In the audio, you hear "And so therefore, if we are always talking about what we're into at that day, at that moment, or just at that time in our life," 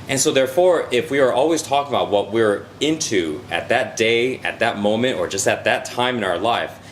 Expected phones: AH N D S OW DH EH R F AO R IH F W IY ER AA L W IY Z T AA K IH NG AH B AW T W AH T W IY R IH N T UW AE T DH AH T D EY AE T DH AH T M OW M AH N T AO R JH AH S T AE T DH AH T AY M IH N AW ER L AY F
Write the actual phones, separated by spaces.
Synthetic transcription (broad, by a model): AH N S OW DH EH R F AO R IH F W IY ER AA L W IY Z T AA K IH NG AH B AW T W AH T W IY R IH N T UW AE T DH AH T D EY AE T DH AH T M OW M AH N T AO R JH AH S T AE T DH AH T AY M IH N AW ER L AY F